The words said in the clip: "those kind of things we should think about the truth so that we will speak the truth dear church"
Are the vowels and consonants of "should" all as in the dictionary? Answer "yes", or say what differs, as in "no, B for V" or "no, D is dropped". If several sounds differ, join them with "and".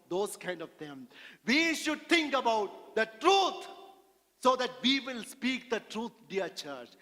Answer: yes